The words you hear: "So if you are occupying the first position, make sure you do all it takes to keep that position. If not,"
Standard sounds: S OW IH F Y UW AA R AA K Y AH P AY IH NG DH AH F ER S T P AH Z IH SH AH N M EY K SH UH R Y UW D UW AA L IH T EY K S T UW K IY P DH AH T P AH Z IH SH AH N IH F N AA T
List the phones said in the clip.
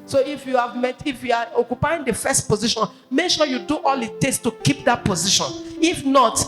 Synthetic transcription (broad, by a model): S OW IH F Y UW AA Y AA K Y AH P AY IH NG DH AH F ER S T P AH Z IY SH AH N M EY K SH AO Y UW D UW AA L IH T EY S T UW K IY P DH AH T P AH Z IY SH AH N IH F N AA T